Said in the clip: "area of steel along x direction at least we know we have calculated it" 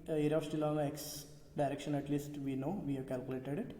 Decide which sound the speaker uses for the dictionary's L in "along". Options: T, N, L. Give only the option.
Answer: N